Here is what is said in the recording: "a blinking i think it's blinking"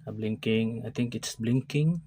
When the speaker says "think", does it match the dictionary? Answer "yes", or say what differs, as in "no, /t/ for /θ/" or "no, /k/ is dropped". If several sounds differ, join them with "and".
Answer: no, /t/ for /θ/